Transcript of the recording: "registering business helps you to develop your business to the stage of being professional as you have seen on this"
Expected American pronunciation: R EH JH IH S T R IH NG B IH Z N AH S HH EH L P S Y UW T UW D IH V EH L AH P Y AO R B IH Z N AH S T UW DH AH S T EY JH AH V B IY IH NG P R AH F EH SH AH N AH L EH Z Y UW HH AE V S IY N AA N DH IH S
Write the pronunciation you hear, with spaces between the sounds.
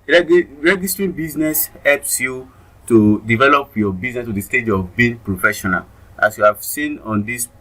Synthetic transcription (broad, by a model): R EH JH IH S T R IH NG B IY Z N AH S HH EH L P S Y UW T UW D IH V EH L AH P Y AO B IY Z N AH S T UW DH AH S T EY JH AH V B IY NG P R AH F EH SH AH N AH L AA S Y UW HH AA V S IY N AA N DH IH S